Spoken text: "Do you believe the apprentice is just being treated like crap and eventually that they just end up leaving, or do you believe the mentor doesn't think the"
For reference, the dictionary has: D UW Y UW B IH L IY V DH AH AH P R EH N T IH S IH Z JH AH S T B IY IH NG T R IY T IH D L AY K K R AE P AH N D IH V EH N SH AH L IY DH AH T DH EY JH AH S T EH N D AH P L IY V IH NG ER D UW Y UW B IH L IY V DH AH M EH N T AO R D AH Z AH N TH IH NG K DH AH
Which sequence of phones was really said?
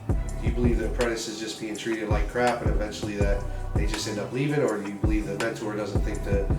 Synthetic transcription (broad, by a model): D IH Y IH B IH L IY V DH AH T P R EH T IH S IH Z JH AH S B IY IH NG T R IY T IH D L AY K K R AE P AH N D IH V EH N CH L IY DH AH T DH EY JH AH S T EH N D AH P L IY V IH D ER D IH Y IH B IH L IY V DH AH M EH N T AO R D AH Z AH N TH IH NG K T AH